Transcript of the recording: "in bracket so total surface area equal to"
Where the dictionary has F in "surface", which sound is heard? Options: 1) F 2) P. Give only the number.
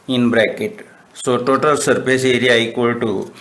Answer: 2